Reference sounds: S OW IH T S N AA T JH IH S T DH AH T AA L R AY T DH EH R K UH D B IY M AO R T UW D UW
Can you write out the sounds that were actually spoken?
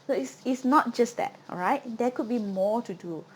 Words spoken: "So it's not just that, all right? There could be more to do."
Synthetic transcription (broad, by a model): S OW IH S S N AA T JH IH S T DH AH T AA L R AY T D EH K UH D B IY M AO T UW D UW